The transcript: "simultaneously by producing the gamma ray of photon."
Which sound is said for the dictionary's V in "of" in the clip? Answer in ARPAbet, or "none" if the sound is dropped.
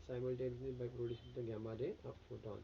P